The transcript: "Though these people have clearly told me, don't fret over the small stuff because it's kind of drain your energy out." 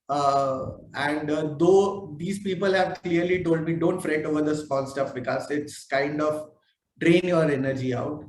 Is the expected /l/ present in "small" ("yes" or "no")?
no